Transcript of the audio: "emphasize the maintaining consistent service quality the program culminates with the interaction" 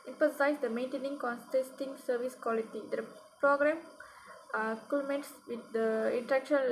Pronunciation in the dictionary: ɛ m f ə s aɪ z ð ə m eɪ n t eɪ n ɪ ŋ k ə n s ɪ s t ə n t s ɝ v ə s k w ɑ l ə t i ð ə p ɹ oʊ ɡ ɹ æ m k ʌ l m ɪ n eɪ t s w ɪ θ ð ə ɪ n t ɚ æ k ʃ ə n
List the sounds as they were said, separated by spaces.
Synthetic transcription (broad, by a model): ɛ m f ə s aɪ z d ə m eɪ n t eɪ n ɪ ŋ k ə n s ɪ s t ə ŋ s ɝ v ə s k w ɑ l ə t i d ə p ɹ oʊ ɡ ɹ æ m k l m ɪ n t s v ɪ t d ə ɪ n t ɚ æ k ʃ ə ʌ